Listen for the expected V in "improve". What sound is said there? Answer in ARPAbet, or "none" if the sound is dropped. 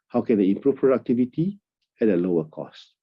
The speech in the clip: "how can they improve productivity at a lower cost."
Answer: F